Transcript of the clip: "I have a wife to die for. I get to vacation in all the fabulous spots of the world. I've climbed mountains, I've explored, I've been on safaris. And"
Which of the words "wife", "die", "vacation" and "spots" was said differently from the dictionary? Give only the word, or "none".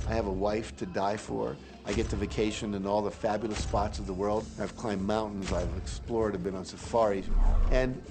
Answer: none